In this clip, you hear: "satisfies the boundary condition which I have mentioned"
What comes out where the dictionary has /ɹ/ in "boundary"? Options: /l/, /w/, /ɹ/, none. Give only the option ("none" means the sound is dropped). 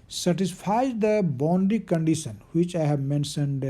none